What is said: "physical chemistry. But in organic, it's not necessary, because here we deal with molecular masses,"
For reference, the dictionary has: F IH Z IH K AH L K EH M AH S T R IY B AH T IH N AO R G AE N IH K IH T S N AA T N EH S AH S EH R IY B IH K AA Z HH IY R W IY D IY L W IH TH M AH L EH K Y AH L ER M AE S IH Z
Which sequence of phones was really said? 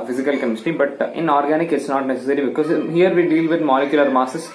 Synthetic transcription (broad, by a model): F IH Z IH K AH L K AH M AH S T IY B AH T IH N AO R G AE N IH K IH T S N AA T N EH S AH S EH R IY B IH K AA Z HH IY R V IY D IY L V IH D M AH L EH K Y AH L ER M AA S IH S